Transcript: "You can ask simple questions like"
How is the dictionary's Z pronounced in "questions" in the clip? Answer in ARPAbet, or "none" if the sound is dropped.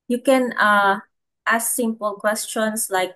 S